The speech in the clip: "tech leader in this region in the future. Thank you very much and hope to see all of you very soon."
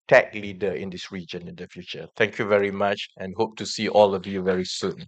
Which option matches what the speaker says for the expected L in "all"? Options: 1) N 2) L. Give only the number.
2